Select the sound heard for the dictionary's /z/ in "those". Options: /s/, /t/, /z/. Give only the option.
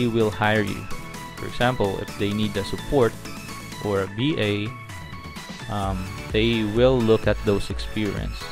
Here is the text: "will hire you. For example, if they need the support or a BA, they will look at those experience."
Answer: /s/